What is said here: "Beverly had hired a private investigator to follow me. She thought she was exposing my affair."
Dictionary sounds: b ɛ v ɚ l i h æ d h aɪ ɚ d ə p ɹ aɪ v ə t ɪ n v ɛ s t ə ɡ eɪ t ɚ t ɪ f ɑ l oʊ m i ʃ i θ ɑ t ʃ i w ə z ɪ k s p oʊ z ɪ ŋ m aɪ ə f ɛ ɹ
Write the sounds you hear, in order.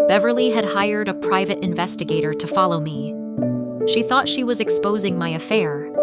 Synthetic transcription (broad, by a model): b ɛ v ɚ l i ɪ d h aɪ ɚ d ə p ɹ aɪ v ə t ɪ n v ɛ s t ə ɡ eɪ t ɚ t ɪ f ɑ l oʊ m i ʃ i θ ɑ t ʃ i w ə z ɪ k s p oʊ z ɪ ŋ m aɪ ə f ɛ ɹ